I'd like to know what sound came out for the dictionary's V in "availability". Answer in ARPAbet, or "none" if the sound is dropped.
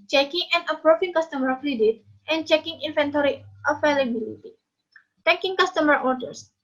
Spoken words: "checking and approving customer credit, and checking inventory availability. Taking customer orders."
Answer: F